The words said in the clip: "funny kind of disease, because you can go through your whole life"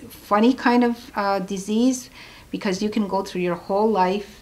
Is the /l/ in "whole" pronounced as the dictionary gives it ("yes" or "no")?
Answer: yes